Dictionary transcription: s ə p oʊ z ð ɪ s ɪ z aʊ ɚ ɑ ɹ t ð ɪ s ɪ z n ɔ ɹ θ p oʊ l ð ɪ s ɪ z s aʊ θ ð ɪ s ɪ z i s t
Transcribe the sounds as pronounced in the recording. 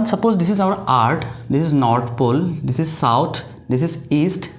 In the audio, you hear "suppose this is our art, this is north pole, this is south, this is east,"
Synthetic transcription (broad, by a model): s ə p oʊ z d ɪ s ɪ z aʊ ɚ ɑ ɹ t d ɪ s ɪ z n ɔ ɹ t p oʊ l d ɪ s ɪ z s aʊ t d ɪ s ɪ z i s t